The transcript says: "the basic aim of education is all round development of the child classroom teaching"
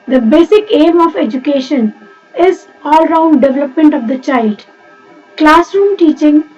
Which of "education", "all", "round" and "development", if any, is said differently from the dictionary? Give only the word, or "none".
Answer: none